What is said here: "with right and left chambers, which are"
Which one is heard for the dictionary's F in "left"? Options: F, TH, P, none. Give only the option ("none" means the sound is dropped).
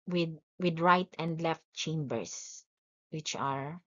F